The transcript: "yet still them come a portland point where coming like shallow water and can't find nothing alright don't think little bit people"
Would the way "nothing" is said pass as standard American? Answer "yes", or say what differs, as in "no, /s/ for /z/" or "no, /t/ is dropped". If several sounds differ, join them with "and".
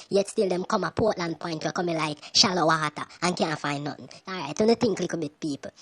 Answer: no, /t/ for /θ/